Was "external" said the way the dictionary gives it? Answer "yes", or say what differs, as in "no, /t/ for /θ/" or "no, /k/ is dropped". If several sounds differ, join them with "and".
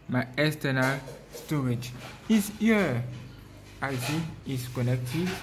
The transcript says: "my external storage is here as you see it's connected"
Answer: no, /k/ is dropped